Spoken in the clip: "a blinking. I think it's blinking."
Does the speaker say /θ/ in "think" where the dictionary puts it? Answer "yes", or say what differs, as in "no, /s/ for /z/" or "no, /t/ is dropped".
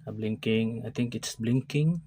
no, /t/ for /θ/